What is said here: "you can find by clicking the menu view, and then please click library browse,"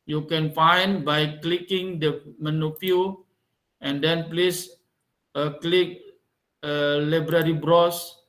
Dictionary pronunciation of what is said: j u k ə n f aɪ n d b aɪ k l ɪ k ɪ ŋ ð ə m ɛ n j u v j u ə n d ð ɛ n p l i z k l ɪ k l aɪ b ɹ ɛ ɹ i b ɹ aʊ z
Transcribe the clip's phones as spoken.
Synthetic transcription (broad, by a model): j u k ə n f aɪ n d b aɪ k l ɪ k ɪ ŋ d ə m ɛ n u p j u ə n d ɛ n p l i s k l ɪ k l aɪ b ɹ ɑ ɹ i b ɹ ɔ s